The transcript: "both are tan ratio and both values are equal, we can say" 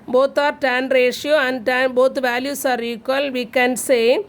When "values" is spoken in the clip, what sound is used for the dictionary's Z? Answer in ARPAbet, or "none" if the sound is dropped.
S